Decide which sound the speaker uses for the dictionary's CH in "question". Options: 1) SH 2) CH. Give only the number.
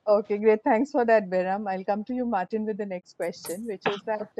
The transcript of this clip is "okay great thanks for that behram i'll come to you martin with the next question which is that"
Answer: 2